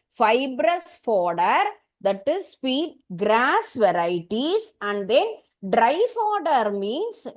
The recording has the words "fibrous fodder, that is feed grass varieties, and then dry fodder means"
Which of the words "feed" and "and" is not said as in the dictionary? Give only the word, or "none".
feed